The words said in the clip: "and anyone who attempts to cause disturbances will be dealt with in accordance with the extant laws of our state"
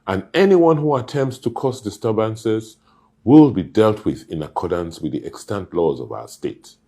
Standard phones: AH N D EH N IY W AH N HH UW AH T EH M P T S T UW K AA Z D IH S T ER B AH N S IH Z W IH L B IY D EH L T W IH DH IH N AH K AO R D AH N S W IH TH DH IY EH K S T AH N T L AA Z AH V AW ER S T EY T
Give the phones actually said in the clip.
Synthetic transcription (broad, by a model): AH N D EH N IY W AH N HH UW AH T EH M P T S T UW K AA S D IH S T ER B AH N S IH Z W IH L B IY D EH L T W IH DH IH N AH K AO R D AH N S W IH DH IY EH K S T AH N T L AA Z AH V AW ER S T EY T